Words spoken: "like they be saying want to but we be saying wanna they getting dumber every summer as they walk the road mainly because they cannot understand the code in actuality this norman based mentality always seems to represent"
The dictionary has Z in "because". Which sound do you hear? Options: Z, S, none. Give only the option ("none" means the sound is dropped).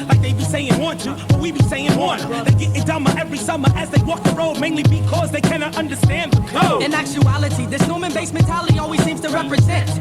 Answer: Z